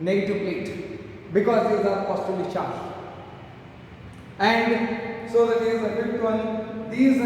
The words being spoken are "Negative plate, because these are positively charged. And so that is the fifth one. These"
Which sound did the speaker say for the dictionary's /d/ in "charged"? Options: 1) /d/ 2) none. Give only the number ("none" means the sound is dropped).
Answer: 2